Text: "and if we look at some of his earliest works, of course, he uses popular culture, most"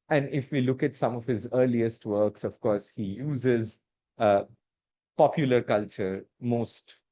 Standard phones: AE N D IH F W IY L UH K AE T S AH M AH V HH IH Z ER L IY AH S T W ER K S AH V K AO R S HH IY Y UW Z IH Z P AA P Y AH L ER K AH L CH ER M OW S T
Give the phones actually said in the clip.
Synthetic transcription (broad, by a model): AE N D IH F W IY L UH K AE T S AH M AH V HH IH Z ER L IY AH S T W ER K S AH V K AO R S HH IY Y UW Z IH Z P AA P Y AH L ER K AH L CH ER M OW S T